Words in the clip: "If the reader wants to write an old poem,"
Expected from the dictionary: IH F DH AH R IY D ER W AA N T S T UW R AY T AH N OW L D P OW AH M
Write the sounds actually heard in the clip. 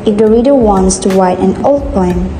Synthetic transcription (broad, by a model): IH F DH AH R IY D ER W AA N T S T UW W AY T AH N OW L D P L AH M